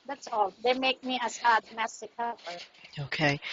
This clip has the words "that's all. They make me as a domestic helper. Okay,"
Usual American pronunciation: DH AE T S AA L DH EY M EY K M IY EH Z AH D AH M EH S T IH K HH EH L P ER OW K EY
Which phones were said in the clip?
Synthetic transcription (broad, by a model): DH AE T S AA L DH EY M EY K M IY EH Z AH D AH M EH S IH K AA P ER OW K EY